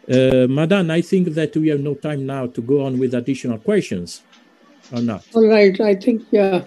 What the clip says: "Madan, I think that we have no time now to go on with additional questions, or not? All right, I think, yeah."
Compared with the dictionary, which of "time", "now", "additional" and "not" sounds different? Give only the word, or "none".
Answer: none